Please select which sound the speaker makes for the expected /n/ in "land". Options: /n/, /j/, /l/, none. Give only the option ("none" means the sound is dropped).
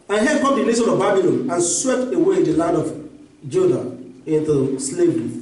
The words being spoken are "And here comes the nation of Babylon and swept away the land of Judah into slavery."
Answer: none